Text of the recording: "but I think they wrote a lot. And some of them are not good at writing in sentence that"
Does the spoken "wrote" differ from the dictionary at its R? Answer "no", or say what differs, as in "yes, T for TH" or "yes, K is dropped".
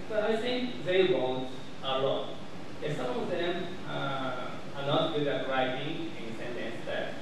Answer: yes, W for R